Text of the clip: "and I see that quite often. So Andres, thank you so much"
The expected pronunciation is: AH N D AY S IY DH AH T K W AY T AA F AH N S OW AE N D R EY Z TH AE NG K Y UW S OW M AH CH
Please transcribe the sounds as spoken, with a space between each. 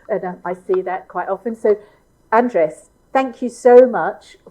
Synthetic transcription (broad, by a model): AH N AY S IY DH AH T K W AY T AA F AH N S OW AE N D R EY S TH AE NG K Y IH S OW M AH CH